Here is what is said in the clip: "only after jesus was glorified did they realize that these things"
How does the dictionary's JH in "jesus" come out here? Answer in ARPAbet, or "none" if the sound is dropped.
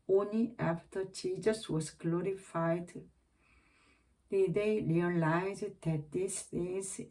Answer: CH